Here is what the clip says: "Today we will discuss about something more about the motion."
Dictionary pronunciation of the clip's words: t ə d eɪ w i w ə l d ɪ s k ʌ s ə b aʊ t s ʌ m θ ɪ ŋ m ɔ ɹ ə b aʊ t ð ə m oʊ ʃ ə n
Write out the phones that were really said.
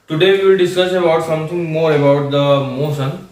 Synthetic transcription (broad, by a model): t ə d eɪ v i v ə l d ɪ s k ʌ s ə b aʊ t s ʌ m t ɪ ŋ m ɔ ɹ ə b aʊ t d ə m oʊ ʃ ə n